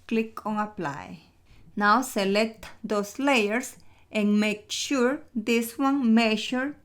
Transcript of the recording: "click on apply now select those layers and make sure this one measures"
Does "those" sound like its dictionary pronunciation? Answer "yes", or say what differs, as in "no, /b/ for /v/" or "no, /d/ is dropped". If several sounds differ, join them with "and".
no, /s/ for /z/